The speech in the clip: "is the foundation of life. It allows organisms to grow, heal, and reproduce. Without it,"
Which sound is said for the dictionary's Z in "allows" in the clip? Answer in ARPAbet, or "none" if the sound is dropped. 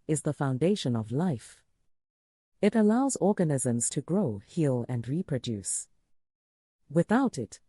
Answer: Z